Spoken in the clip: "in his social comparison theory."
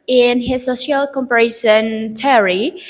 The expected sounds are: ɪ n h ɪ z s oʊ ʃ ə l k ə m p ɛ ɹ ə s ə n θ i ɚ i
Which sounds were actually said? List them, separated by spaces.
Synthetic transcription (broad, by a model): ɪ n h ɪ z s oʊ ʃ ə l k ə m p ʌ ɹ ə ʃ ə n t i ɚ i